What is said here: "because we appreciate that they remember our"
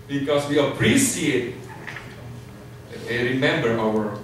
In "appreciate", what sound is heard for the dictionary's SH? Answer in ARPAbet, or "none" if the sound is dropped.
S